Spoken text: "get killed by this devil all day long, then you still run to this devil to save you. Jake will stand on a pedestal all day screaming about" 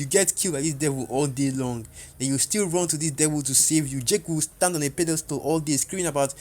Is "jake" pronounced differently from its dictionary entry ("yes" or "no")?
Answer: no